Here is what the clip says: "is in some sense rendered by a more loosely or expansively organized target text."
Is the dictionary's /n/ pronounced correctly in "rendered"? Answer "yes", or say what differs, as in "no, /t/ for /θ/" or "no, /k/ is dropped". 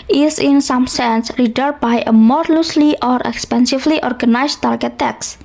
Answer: no, /n/ is dropped